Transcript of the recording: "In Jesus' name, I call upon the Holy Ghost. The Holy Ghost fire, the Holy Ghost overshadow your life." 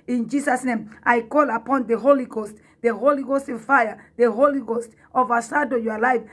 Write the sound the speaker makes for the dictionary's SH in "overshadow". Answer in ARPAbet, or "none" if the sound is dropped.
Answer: S